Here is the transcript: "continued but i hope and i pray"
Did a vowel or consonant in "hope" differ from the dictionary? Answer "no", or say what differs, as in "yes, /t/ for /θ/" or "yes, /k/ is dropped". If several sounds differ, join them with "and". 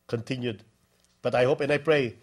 no